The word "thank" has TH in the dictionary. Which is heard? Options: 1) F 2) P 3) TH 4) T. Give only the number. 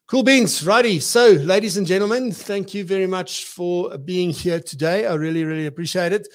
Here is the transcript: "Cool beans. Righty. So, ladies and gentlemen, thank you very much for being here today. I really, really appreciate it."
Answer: 3